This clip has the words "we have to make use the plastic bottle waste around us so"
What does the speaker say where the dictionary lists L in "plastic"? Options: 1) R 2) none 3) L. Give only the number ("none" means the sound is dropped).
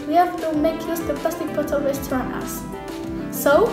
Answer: 2